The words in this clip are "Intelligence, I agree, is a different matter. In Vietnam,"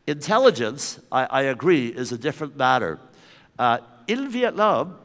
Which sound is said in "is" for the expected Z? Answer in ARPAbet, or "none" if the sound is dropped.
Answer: Z